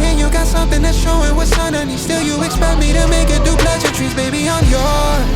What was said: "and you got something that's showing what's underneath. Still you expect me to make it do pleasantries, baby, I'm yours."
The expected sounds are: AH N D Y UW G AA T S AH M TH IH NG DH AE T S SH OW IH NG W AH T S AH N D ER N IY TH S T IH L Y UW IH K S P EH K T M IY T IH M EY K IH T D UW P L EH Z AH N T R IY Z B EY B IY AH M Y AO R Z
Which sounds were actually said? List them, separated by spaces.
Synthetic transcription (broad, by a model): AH N Y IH G AA T S AH M TH IH NG DH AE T S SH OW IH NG W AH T S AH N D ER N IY S T IH L Y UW IH K S P EH K T M IY T IH M EY K IH T D UW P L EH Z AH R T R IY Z B EY B IY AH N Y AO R